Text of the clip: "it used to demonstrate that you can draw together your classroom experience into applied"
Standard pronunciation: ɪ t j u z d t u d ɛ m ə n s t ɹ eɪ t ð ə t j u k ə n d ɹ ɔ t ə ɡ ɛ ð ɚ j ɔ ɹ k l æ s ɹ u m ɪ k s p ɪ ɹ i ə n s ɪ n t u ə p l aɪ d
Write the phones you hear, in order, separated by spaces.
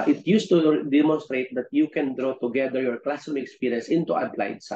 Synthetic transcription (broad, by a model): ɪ t j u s t u d ɛ m ə n s t ɹ eɪ t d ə t j u k ə n d ɹ ɔ t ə ɡ ɛ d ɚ j ɔ ɹ k l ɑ s ɔ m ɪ k s p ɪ ɹ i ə n s ɪ n t u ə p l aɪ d